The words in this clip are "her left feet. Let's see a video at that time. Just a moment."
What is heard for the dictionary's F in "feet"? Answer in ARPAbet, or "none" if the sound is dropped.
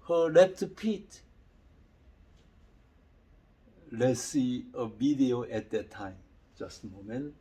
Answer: P